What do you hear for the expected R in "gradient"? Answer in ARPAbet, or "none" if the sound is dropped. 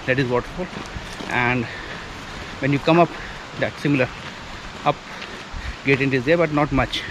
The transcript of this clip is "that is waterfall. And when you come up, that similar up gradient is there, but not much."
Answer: none